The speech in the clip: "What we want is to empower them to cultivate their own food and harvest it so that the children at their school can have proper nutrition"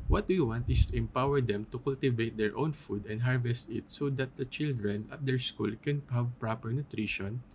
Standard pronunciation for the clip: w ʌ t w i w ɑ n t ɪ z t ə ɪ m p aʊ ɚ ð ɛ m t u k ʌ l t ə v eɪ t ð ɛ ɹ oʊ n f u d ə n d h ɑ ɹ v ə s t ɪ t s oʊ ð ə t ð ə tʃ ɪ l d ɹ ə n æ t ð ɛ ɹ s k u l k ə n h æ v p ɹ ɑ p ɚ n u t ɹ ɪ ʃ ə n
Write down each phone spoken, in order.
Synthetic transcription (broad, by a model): w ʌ t w i w ɑ n t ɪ s t ə ɪ m p aʊ ɚ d ɛ m t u k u l t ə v eɪ t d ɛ ɹ oʊ n f u d ə n d h ɑ ɹ v ə s t ɪ t s oʊ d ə t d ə tʃ ɪ l d ɹ ə n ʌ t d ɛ ɹ s k u l k ə n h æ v p ɹ ɑ p ɚ n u t ɹ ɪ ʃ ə n